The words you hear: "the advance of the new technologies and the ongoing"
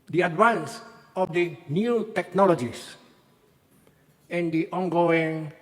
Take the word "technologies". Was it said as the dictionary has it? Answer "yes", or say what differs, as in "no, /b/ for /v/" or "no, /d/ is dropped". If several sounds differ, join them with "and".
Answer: no, /s/ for /z/